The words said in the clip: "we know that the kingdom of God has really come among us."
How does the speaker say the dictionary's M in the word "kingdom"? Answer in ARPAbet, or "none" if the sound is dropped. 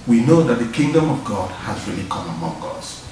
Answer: M